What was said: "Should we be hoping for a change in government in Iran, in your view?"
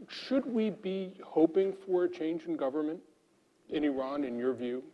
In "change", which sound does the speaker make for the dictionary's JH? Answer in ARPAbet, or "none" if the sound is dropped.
JH